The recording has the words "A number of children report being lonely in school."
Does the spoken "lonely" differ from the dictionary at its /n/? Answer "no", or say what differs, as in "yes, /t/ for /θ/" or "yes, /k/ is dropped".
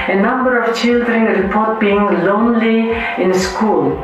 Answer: no